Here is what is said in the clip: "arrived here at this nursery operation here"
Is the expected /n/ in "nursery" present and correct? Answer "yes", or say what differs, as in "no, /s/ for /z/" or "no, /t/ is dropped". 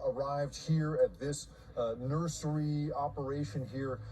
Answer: yes